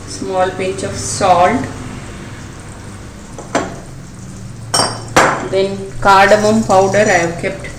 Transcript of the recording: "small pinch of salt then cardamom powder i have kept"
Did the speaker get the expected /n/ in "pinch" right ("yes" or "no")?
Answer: no